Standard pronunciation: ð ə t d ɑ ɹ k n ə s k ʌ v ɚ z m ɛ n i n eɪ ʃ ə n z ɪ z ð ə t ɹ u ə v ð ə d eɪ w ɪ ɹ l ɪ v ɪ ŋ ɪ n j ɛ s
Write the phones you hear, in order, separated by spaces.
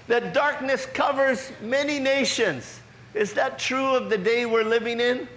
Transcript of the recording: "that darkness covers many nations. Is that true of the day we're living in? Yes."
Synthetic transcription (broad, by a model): ð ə t d ɑ ɹ k n ə s k ʌ v ɚ z m ɛ n i n eɪ ʃ ə n z ɪ z ð ə t ɹ u ə v ð ə d eɪ w ɪ ɹ l ɪ v ɪ ŋ ɪ n